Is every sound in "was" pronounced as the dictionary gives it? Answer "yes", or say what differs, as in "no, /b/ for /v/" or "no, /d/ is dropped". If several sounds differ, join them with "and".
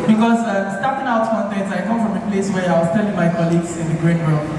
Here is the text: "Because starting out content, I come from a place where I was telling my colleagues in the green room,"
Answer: no, /s/ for /z/